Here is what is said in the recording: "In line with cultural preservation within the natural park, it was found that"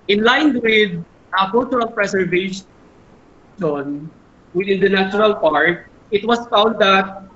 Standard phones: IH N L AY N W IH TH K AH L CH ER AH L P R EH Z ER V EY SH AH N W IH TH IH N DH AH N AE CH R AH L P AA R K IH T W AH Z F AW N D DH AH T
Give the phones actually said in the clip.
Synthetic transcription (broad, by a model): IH N L AY N W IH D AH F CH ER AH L P R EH S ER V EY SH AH N W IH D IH N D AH N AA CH R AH L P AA R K IH T W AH S F AW N D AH T